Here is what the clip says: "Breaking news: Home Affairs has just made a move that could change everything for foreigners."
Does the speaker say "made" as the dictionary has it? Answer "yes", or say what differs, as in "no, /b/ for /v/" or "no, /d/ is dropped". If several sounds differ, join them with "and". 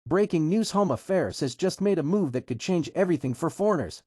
yes